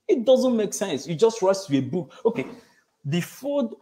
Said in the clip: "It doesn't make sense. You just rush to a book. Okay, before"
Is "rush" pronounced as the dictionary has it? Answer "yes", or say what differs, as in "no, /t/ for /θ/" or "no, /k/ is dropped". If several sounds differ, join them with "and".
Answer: no, /s/ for /ʃ/